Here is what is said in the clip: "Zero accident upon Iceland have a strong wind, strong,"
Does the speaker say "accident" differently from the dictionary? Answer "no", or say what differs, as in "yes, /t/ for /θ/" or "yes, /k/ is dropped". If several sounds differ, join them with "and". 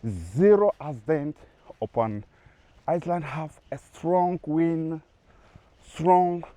yes, /k/ is dropped